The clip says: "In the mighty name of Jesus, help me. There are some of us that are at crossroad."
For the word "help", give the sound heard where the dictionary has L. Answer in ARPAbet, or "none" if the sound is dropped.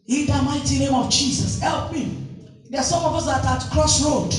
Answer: L